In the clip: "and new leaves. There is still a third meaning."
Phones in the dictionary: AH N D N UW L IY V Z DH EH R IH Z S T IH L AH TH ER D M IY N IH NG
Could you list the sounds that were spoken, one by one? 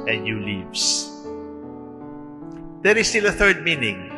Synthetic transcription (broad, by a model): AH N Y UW L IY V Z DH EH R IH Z S T IH L AH TH ER D M IY N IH NG